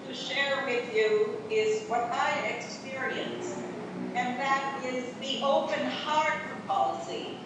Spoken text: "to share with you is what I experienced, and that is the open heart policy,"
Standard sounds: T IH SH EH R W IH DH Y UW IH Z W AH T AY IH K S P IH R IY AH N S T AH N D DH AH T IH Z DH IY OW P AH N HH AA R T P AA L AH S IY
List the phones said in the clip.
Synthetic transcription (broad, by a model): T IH SH EH R W IH DH Y UW IH Z W AH T AY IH K S P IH R IY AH N S AH N DH AH T IH Z DH IY OW P AH N HH AA R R P AA L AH S IY